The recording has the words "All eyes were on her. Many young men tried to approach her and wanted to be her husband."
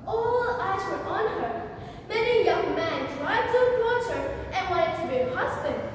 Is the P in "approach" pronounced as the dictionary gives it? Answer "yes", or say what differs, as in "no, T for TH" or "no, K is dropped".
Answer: no, P is dropped